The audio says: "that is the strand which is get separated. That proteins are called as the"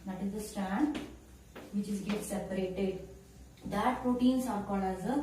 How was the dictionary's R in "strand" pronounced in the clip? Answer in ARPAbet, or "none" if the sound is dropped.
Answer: none